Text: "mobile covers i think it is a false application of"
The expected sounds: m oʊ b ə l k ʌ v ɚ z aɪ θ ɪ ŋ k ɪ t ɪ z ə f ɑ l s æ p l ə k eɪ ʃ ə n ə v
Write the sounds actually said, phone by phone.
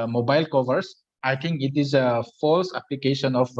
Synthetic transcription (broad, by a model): m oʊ b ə l k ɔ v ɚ s aɪ t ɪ ŋ k ɪ t ɪ z ə f ɑ l s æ p l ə k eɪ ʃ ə n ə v